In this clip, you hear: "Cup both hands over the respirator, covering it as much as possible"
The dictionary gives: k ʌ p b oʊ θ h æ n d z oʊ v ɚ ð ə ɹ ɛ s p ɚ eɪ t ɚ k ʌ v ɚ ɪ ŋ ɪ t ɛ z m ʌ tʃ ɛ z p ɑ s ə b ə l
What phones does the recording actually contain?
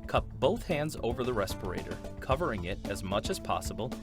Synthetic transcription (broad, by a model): k ʌ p b oʊ θ h æ n d z oʊ v ɚ ð ə ɹ ɛ s p ɚ eɪ t ɚ k ʌ v ɚ ɪ ŋ ɪ t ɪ z m ʌ tʃ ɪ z p ɑ s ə b l